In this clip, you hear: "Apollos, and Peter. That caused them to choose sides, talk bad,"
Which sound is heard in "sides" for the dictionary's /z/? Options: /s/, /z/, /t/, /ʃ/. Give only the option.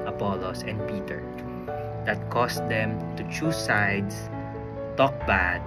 /s/